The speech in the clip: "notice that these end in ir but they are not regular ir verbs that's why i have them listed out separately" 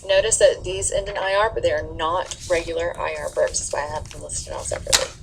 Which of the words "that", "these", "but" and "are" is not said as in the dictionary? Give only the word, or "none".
none